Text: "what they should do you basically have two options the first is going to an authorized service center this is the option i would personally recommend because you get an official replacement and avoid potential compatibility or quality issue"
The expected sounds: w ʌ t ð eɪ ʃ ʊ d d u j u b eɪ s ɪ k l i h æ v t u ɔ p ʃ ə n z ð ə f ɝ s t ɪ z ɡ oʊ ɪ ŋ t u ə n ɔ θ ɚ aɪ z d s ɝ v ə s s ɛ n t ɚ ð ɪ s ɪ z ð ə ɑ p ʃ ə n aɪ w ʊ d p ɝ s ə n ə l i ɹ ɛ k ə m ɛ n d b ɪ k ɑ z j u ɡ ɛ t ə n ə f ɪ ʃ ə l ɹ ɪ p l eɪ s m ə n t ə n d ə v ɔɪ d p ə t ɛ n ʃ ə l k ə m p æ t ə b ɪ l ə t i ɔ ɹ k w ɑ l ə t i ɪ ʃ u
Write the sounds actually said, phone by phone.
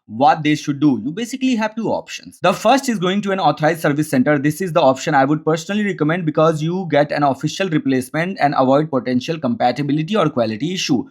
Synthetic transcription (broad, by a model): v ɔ t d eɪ ʃ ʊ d d u j u b eɪ s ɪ k l i h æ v t u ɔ p ʃ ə n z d ə f ɝ s t ɪ z ɡ oʊ ɪ ŋ t u ə n ɔ t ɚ aɪ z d s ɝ v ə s s ɛ n t ɚ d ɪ s ɪ z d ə ɑ p ʃ ə n aɪ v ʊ d p ɝ s ə n ə l i ɹ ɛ k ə m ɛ n d b ɪ k ɑ z j u ɡ ɛ t ə n ə f ɪ ʃ ə l ɹ ɪ p l eɪ s m ə n t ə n d ə v ɔɪ d p ə t ɛ n ʃ ə l k ə m p æ t ə b ɪ l ə t i ɔ ɹ k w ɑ l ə t i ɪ ʃ u